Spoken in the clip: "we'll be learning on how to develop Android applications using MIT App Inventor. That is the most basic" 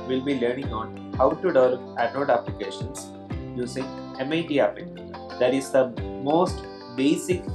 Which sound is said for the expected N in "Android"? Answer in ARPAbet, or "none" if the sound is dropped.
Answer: none